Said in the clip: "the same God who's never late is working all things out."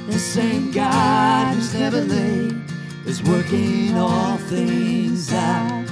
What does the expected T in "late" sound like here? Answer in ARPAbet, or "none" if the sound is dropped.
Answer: none